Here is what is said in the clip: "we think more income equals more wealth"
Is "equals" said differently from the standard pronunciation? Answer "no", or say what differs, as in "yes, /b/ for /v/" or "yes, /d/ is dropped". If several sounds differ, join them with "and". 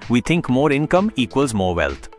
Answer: no